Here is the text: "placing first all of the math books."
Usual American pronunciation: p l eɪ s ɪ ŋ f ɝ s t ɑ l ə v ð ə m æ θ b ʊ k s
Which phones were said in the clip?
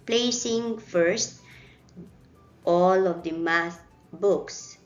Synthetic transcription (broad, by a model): p l eɪ s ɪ ŋ f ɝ s t ɑ l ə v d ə m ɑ s b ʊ k s